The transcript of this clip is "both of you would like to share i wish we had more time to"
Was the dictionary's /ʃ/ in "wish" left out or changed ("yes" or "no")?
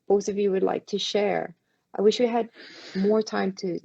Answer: no